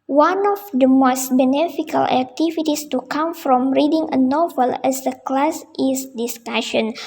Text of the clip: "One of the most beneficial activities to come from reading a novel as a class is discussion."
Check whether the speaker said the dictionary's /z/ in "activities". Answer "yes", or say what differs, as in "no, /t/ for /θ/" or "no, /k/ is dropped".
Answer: no, /s/ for /z/